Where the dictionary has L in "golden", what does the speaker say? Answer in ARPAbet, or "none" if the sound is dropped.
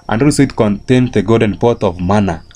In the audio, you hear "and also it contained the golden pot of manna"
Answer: none